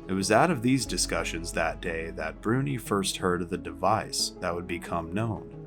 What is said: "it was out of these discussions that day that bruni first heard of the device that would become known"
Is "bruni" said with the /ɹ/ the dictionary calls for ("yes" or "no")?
yes